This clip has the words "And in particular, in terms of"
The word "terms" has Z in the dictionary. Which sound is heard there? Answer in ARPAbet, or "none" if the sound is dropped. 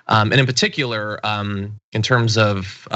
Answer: Z